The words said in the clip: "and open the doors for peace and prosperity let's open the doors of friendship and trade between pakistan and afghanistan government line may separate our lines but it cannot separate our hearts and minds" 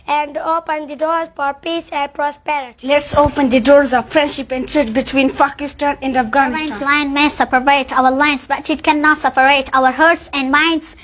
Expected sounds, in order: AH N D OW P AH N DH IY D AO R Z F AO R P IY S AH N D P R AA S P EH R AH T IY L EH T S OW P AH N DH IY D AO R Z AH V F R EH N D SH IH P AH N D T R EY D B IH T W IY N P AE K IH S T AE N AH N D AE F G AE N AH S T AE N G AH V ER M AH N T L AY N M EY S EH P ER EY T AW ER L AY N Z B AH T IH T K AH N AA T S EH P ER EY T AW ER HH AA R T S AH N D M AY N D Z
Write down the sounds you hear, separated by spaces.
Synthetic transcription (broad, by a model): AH N D OW P AH N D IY D AO R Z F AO R P IY S AH N D P R AA S P EH R AH T IY L EH T S OW P AH N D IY D AO R Z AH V F R EH N D SH IH P AH N D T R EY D B IH T W IY N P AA K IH S T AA N AH N D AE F G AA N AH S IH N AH L AY N M EY S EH P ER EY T AW ER L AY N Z B AH T IH T K AH N AA T S EH P ER EY T AW ER HH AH R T S AH N D M AY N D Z